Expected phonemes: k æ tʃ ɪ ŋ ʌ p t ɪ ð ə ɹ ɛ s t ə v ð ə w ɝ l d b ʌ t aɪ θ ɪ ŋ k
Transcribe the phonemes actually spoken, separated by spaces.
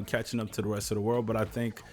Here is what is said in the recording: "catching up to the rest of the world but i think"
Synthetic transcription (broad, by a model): k æ tʃ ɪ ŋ ʌ p t ɪ ð ə ɹ ɛ s t ə v ð ə w ɝ l d b ʌ t aɪ θ ɪ ŋ k